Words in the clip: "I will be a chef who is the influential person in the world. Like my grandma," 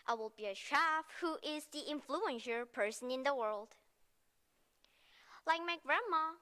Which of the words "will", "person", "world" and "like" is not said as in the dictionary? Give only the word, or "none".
none